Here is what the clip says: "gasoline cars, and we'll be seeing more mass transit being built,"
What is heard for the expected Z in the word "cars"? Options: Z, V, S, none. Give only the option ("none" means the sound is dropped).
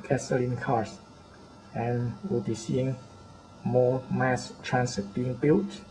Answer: S